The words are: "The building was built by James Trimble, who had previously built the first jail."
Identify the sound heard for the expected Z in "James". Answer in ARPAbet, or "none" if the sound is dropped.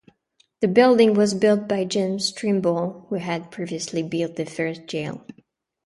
S